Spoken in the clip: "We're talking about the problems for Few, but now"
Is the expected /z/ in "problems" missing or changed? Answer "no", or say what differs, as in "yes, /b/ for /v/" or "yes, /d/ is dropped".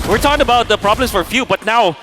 yes, /s/ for /z/